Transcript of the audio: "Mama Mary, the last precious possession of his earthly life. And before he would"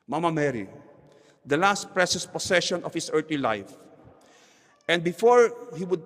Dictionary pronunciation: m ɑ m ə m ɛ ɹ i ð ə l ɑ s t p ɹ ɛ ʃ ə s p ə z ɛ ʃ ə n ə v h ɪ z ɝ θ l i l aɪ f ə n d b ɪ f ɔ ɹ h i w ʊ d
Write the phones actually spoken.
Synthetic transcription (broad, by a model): m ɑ m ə m ɛ ɹ i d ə l ɑ s t p ɹ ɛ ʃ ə s p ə s ɛ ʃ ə n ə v h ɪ s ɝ t l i l aɪ f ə n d b ɪ f ɔ ɹ h i w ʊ d